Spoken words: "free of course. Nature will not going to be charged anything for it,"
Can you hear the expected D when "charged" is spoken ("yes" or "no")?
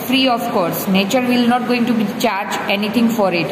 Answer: no